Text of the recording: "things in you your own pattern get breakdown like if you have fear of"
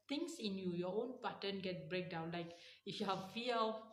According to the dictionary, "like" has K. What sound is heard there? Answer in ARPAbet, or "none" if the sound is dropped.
K